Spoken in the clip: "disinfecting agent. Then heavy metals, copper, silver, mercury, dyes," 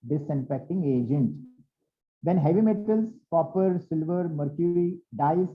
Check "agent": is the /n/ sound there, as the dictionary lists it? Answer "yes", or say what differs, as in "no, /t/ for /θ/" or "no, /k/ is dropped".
yes